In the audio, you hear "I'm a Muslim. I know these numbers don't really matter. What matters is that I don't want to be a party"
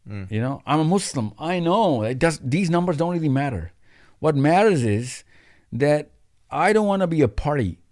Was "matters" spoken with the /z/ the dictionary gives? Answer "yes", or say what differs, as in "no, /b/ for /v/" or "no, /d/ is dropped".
yes